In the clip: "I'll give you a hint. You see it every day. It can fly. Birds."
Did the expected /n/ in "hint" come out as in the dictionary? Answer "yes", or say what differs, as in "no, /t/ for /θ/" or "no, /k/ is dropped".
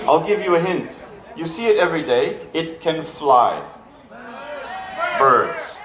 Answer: yes